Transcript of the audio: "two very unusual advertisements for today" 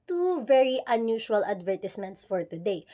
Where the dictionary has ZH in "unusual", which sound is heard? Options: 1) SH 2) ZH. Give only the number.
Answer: 1